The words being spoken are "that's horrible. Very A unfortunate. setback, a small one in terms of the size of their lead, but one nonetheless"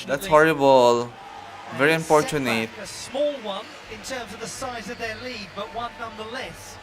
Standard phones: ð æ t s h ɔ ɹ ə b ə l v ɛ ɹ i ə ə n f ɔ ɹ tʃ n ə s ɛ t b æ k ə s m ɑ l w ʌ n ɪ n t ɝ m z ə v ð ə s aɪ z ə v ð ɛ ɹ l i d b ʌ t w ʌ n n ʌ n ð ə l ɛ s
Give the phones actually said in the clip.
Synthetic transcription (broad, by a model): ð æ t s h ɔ ɹ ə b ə l v ɛ ɹ i ə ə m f ɔ ɹ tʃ ə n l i ə s m ɑ l w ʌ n ɪ n t ɝ m z ə v ð ə s aɪ z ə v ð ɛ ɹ l i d b ʌ t w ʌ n n ʌ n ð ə l ɛ s